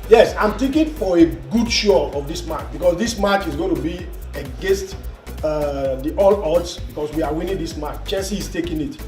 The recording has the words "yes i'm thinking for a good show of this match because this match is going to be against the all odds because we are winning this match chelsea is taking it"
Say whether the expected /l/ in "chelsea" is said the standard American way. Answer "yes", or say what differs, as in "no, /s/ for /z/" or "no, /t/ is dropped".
no, /n/ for /l/